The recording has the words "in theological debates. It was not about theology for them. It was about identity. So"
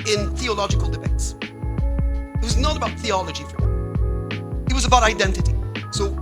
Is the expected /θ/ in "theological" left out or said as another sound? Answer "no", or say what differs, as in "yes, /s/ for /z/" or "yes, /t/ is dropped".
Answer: no